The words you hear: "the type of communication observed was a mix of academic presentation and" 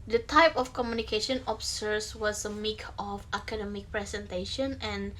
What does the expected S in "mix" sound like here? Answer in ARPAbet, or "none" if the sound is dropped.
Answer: none